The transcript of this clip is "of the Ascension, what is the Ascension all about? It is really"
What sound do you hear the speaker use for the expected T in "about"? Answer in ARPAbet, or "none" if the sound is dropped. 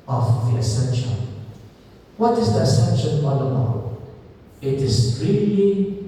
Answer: none